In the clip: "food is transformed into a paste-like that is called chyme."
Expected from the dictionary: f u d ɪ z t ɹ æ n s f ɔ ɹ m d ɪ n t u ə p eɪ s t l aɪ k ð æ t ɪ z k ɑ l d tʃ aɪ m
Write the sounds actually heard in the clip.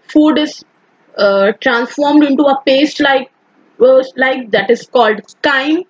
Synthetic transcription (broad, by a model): f u d ɪ z t ɹ æ n s f ɔ ɹ m d ɪ n t u ə p eɪ s t l aɪ k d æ t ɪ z k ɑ l d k aɪ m